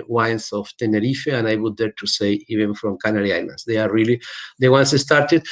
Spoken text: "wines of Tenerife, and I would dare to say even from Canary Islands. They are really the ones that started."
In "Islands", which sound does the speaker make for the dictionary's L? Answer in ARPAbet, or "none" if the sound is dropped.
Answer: N